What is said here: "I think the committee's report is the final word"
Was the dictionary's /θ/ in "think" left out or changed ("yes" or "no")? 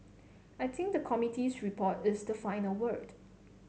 yes